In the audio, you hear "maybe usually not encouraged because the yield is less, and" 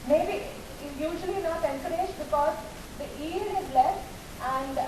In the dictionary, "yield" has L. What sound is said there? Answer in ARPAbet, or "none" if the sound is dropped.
none